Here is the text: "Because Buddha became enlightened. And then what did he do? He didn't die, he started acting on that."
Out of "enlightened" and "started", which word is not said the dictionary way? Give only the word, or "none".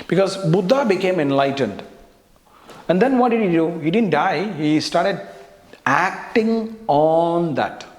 none